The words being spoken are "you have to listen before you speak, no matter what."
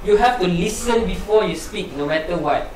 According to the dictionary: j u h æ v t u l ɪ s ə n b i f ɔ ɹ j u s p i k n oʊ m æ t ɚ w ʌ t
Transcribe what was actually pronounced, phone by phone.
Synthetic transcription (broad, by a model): j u h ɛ f t u l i s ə n b i f ɔ j u s p i k n oʊ m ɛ t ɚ w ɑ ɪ